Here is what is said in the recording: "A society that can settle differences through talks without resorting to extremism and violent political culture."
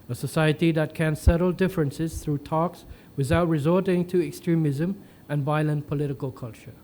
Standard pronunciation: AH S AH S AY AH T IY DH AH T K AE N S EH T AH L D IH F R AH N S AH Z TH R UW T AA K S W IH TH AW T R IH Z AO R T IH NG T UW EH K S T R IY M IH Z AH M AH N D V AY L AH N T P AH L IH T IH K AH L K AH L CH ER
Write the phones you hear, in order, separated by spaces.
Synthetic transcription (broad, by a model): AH S AH S AY AH T IY DH AH T K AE N S EH T AH L D IH F R AH N S AH Z TH R UW T AA K S W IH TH AW T R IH Z AO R T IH NG T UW EH K S T R IY M IH Z AH M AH N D V AY L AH N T P AH L IH T IH K AH L K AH L CH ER